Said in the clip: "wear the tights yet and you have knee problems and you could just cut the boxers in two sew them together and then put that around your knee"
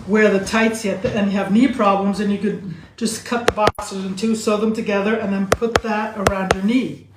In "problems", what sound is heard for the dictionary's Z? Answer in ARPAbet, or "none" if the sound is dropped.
Z